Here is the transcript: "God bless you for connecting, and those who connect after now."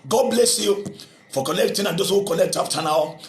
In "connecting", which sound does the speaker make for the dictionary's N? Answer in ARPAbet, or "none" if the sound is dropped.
L